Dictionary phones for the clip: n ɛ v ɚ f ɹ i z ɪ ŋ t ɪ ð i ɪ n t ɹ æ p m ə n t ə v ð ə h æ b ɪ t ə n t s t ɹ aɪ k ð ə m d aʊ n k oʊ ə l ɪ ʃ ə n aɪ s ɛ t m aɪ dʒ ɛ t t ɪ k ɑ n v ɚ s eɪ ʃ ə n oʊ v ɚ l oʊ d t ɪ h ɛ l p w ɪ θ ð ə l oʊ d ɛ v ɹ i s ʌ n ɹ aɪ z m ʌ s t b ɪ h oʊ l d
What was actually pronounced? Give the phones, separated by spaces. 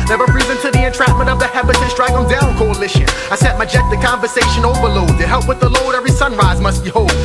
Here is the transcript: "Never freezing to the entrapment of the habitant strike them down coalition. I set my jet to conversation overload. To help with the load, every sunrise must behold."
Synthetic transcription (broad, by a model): n ɛ v ɚ p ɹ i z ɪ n t ɪ ð i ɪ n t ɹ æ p m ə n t ə v ð ə h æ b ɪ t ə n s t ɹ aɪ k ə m d aʊ n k oʊ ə l ɪ ʃ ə aɪ s ɛ t m aɪ dʒ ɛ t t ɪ k ɑ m v ɚ s eɪ ʃ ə n oʊ v ɚ l oʊ d t ɪ h ɛ l p w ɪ ð ə l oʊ d ɛ v ɹ i s ʌ n ɹ aɪ z m ʌ s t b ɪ h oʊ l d